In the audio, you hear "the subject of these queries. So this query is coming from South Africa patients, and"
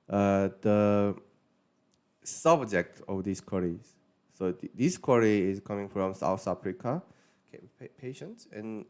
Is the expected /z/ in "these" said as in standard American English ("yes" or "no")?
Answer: no